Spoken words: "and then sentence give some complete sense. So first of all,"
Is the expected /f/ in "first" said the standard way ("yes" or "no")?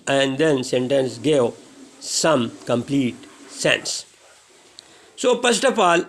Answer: no